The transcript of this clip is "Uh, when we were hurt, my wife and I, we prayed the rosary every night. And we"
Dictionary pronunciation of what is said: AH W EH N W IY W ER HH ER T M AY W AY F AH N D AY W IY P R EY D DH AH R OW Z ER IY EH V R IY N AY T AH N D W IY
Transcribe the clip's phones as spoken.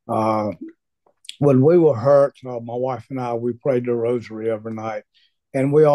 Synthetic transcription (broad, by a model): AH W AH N W IY W ER HH ER T M AY W AY F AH N AY W IY P R EY D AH R OW Z ER IY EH V IY N AY T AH N W IY